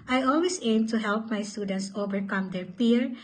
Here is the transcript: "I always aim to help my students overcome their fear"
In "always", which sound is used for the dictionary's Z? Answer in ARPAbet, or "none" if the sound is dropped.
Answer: S